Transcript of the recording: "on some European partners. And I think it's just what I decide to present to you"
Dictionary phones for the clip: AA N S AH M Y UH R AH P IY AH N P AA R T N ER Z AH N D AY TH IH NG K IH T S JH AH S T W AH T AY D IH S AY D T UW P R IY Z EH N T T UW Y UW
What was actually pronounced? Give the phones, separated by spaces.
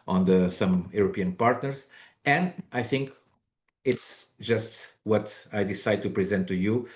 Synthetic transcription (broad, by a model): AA N S AH M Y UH R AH P IY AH N P AA R T N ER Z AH N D AY TH IH NG K IH T S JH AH S T W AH T AY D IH S AY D T UW P R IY Z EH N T T UW Y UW